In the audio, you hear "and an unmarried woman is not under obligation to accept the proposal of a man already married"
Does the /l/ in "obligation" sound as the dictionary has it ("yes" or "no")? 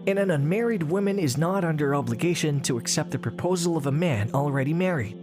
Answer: yes